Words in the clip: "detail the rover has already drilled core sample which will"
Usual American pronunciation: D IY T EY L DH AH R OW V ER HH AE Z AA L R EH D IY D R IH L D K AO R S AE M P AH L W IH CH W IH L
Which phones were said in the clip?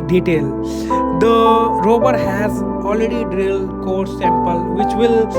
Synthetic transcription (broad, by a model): D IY T EY L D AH R OW B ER HH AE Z AA L R EH D IY D R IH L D K AO R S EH M P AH L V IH CH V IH L